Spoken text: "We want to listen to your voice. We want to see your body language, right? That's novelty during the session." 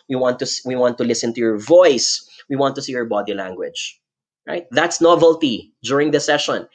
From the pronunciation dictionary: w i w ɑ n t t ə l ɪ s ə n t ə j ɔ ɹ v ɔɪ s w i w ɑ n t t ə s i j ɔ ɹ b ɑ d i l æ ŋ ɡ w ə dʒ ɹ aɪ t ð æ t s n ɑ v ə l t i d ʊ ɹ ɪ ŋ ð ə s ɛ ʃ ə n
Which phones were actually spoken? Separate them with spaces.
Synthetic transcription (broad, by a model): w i w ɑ n t t ə l ɪ s ə n t ə j ɔ ɹ v ɔɪ s w i w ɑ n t t ə s i j ɔ ɹ b ɑ d i l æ ŋ ɡ w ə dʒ ɹ aɪ t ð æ t s n ɑ v ə l t i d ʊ ɹ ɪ ŋ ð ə s ɛ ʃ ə n